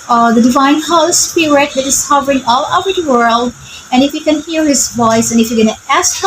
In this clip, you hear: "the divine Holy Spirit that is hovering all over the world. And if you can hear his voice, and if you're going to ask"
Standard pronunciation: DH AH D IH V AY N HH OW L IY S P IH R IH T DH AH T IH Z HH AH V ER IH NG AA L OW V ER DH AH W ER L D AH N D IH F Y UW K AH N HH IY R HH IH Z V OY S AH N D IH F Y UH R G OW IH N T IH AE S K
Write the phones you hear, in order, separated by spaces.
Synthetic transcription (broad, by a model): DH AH D IH V AY N HH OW IY S P IH R IH T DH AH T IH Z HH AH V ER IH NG AA L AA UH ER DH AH W ER L D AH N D IH F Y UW K AH N HH IY R HH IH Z V OY S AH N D IH F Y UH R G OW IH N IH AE S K